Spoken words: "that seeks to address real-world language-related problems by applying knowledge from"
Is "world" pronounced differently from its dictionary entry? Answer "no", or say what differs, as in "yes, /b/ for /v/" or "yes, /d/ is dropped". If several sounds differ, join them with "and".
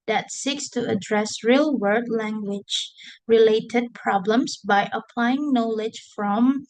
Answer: yes, /l/ is dropped